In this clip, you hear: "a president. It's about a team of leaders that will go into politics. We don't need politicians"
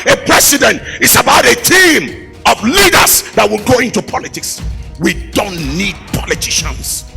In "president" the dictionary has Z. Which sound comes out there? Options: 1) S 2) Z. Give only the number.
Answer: 1